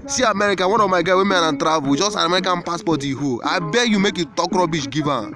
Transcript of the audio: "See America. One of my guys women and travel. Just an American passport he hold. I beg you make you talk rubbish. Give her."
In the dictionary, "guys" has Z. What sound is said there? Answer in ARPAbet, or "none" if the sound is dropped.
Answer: none